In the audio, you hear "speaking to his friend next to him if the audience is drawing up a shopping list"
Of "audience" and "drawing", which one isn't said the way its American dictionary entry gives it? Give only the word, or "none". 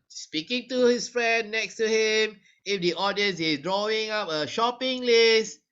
none